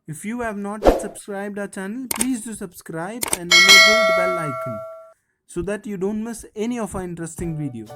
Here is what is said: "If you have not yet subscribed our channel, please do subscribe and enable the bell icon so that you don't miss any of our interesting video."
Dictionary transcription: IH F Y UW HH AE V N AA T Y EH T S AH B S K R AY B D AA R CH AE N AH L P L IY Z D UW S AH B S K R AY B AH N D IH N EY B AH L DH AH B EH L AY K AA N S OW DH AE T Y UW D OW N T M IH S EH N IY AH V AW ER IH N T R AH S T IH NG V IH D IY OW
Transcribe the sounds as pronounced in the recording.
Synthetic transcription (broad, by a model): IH F Y UW HH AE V N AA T T S AH B S K R AY B D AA CH AE N AH L P L IY Z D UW S AH B S K R AY B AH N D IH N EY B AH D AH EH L AY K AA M S OW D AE T Y UW D OW N T M IH S EH N IY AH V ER IH N T R AH S T IH NG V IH D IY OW